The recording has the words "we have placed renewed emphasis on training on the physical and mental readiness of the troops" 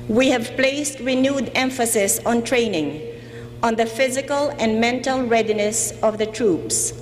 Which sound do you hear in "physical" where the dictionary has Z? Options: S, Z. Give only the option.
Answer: Z